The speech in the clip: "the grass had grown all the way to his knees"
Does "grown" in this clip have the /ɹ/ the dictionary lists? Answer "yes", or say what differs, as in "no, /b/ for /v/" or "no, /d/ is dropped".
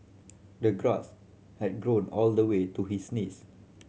yes